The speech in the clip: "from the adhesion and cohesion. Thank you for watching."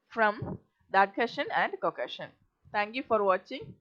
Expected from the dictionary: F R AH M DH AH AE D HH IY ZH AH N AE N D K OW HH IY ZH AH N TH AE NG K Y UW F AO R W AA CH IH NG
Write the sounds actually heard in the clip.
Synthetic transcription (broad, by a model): F R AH M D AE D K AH SH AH N AE N D K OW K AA SH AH N T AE NG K Y UW F AO R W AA CH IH NG